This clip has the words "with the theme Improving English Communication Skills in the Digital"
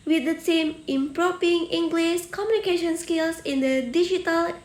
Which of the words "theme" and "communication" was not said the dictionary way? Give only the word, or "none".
theme